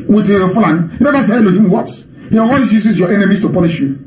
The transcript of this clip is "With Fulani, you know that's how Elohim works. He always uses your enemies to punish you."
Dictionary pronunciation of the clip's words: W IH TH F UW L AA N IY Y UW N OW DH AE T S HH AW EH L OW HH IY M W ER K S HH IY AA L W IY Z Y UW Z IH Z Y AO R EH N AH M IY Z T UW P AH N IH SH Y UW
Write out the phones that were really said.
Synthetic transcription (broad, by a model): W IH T F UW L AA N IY Y UW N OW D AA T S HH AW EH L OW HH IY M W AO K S HH IY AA W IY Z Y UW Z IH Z Y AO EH N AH M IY S T UW P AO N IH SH Y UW